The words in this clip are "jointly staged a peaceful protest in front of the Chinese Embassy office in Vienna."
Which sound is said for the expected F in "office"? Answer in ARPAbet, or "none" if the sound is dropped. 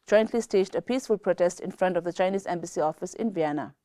F